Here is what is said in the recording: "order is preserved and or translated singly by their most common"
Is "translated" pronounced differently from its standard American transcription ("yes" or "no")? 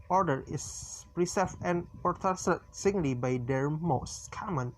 yes